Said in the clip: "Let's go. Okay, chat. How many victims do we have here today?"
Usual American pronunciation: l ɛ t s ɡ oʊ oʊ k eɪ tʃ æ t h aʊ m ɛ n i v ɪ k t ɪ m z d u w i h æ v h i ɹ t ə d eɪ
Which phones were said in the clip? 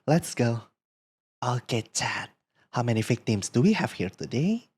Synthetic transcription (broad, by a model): l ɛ t s ɡ oʊ oʊ k eɪ tʃ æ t h aʊ m ɛ n i f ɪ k t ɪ m s d u w i h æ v h i ɹ t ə d eɪ